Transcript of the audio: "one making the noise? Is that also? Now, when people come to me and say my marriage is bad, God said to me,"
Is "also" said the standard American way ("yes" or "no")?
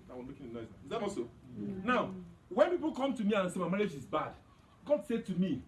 no